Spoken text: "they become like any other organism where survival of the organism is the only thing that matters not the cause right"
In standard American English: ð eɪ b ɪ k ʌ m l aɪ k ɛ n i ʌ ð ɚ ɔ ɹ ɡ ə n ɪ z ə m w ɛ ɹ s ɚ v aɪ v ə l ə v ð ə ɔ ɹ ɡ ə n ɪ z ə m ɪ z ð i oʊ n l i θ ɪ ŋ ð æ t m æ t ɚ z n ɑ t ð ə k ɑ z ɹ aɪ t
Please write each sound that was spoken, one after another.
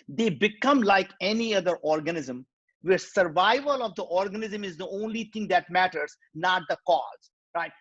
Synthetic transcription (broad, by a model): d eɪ b ɪ k ʌ m l aɪ k ɛ n i ʌ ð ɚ ɔ ɹ ɡ ə n ɪ z ə m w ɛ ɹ s ɚ v aɪ v ə l ə v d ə ɔ ɹ ɡ ə n ɪ z ə m ɪ z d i oʊ n l i t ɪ ŋ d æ t m æ t ɚ z n ɑ t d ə k ɑ z ɹ aɪ t